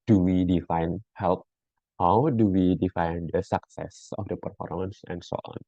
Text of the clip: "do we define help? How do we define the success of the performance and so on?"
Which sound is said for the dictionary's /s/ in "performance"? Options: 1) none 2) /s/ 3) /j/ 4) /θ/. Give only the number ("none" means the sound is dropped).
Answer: 2